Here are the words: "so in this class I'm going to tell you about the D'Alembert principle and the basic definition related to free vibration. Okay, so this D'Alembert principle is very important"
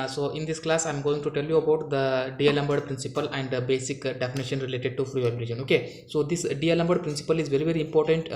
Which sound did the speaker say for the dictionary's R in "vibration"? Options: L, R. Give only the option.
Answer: L